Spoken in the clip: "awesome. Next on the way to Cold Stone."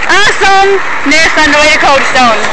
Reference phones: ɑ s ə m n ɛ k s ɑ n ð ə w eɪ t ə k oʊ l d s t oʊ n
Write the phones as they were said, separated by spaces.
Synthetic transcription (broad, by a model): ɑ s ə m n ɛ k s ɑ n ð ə w eɪ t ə k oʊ d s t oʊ n